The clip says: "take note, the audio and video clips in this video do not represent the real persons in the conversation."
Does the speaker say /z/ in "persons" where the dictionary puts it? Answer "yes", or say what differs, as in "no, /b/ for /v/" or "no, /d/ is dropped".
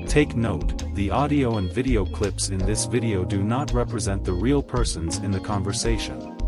yes